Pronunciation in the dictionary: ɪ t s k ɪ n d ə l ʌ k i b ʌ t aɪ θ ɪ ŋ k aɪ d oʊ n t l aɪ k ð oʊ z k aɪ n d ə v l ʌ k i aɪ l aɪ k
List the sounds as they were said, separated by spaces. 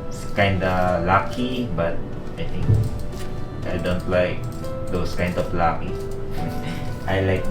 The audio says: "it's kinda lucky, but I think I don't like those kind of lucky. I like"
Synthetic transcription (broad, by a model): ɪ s k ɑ n d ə l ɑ k i b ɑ t aɪ t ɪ ŋ k aɪ d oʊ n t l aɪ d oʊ s k aɪ n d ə f l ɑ k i aɪ l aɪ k